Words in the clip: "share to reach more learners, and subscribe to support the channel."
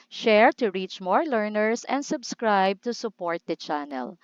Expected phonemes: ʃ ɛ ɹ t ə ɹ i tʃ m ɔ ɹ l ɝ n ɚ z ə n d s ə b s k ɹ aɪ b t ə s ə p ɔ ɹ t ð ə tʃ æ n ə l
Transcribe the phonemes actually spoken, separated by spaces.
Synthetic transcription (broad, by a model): ʃ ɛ ɹ t ə ɹ i tʃ m ɔ ɹ l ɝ n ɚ s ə n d s ə b s k ɹ aɪ b t ə s ə p ɔ ɹ t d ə tʃ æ n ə l